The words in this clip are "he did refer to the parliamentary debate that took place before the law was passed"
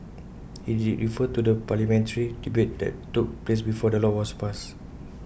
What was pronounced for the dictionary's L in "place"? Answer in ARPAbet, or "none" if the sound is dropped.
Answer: L